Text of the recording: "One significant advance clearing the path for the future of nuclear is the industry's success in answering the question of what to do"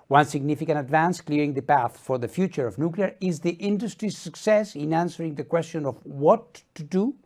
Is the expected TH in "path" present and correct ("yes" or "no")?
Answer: yes